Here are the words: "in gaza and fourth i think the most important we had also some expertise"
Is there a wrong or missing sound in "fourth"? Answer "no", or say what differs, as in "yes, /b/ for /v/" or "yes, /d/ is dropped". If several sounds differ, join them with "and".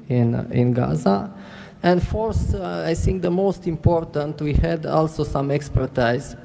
yes, /s/ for /θ/